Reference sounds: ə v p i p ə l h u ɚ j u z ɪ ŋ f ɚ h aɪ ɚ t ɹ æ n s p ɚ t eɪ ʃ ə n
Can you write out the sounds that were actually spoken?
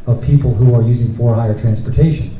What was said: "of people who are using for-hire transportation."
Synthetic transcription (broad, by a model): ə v p i p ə l h u ɚ j u z ɪ ŋ f ɚ h aɪ ɚ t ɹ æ n s p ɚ t eɪ ʃ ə n